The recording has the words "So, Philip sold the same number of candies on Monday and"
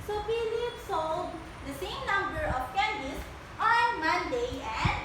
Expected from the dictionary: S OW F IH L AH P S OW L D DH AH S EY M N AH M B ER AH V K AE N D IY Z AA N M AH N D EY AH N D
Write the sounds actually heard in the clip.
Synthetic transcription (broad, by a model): S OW P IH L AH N S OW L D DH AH S EY M N AH M B ER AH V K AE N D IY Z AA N M AH N D EY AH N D